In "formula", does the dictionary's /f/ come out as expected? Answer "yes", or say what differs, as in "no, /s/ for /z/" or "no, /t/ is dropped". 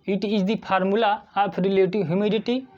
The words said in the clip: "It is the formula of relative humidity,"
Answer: no, /p/ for /f/